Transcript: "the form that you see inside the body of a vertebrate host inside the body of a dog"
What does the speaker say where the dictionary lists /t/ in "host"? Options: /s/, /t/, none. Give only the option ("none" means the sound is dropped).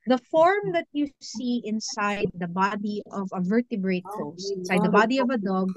none